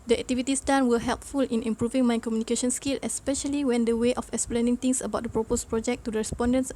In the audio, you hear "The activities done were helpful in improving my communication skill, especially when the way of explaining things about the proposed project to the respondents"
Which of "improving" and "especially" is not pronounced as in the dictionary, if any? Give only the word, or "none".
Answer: none